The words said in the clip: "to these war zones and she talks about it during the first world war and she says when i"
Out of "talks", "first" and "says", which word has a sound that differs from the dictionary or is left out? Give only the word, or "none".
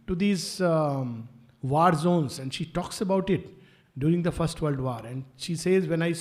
none